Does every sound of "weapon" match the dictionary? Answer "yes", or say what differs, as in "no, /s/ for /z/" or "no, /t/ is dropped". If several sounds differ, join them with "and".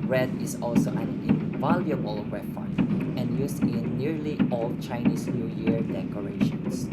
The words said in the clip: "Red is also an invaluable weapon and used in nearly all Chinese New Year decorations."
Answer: no, /f/ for /p/